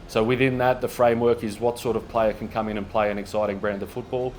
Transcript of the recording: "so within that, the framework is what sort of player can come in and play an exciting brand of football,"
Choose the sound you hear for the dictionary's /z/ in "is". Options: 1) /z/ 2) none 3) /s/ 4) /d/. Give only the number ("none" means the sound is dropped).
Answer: 1